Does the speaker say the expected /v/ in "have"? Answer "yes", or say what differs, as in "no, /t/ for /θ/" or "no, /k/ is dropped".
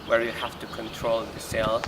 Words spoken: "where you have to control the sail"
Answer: no, /f/ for /v/